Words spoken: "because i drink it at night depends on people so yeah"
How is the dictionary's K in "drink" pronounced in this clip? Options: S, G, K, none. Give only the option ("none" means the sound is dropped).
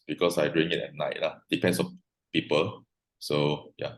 none